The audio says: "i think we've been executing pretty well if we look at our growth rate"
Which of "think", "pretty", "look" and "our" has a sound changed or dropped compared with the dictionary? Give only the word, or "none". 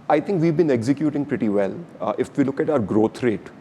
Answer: think